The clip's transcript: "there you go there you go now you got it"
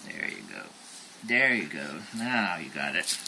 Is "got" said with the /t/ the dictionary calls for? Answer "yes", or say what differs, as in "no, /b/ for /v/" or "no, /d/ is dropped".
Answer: yes